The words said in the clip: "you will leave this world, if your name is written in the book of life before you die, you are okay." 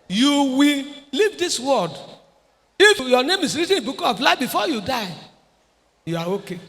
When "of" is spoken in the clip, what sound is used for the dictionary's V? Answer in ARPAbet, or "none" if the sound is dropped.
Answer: P